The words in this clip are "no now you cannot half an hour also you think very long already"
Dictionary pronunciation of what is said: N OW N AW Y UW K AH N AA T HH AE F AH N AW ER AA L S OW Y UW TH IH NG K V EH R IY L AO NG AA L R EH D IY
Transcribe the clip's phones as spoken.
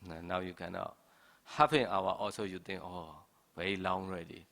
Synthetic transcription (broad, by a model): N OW N AW Y UW K AH N AA T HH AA P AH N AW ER AA L S OW Y UW T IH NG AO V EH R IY L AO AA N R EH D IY